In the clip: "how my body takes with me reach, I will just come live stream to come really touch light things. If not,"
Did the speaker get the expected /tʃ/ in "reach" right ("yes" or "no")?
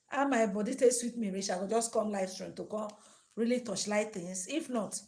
no